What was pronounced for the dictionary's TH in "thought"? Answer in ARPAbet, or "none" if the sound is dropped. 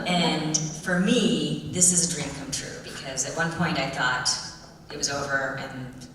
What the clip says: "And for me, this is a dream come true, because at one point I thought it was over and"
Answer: TH